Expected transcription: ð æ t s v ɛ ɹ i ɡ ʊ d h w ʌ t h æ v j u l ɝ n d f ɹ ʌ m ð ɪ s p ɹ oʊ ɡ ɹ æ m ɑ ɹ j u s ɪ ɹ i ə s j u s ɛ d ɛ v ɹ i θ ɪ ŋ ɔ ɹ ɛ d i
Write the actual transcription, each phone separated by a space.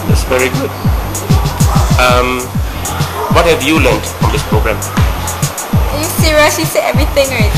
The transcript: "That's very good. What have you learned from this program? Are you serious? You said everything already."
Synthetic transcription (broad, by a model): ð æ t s v ɛ ɹ i ɡ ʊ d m w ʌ t h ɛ v j u l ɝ n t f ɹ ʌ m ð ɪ s p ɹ oʊ ɡ ɹ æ m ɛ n j u s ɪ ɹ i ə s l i s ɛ ɛ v ɹ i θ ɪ ŋ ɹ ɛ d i